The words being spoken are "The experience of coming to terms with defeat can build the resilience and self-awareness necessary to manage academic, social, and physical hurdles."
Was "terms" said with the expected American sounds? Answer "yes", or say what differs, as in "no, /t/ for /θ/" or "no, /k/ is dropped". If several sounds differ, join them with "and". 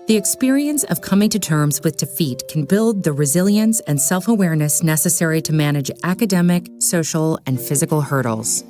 yes